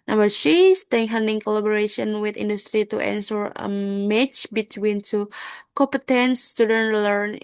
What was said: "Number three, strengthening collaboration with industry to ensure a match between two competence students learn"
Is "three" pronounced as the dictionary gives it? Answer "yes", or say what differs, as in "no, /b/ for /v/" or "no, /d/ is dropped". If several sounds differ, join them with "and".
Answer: no, /s/ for /θ/